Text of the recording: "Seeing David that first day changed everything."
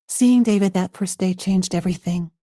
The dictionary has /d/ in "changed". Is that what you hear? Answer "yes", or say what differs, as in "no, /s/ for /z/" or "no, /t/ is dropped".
yes